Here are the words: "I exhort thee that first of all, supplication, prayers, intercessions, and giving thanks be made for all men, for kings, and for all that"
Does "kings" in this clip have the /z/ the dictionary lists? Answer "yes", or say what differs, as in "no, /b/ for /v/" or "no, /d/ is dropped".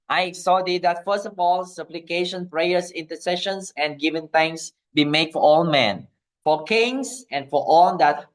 no, /s/ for /z/